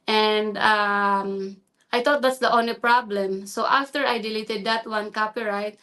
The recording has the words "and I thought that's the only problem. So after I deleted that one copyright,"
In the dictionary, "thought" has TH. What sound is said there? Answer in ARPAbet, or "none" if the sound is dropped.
T